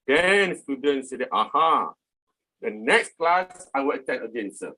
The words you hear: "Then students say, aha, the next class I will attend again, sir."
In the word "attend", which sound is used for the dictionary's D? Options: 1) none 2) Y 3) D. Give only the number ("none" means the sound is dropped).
1